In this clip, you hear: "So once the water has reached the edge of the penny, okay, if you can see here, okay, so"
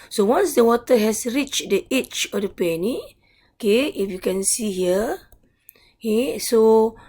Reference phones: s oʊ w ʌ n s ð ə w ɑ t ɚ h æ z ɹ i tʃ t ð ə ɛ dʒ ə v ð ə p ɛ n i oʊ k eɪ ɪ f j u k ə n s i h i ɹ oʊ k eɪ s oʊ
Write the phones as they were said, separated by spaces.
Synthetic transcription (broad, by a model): s oʊ w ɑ n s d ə w ɑ t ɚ h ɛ s ɹ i tʃ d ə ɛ tʃ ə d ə p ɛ n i oʊ k eɪ ɪ f j u k ə n s i h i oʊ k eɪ s oʊ